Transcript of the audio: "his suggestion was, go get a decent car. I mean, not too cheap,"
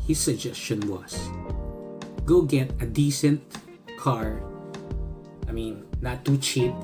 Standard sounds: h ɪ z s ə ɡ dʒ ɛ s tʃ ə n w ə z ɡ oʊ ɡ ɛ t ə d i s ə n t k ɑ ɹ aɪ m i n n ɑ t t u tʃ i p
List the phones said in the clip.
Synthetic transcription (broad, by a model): h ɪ s ə ɡ dʒ ɛ s tʃ ə n w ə s ɡ oʊ ɡ ɛ t ə d i s ə n t k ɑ ɹ aɪ m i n n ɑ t t u tʃ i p